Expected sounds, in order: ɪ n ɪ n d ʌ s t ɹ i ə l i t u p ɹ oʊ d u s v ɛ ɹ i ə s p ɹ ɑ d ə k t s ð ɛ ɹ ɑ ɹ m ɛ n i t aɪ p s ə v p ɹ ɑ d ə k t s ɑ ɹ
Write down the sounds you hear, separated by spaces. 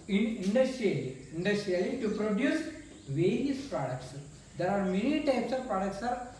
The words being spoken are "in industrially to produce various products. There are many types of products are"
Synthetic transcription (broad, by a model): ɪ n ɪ n d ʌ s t l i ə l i t u p ɹ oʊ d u s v ɛ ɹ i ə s p ɹ ɑ d ə k t s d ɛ ɹ ɑ ɹ m ɛ n i t aɪ p s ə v p ɹ ɑ d ə k t s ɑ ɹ